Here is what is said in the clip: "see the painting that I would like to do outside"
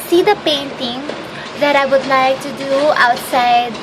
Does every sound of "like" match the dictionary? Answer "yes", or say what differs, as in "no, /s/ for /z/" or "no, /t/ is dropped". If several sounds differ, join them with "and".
yes